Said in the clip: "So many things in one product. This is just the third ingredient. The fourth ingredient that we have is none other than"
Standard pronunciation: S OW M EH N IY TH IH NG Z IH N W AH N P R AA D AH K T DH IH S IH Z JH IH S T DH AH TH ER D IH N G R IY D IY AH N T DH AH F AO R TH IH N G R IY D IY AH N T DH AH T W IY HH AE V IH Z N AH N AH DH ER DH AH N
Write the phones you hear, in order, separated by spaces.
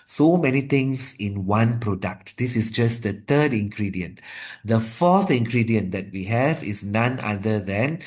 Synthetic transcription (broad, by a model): S OW M EH N IY T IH NG S IH N W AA N P R AA D AH K T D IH S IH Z JH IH S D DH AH T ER D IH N G R IY D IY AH N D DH AH F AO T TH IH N G R IY D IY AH N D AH T W IY HH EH V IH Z N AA N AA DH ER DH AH N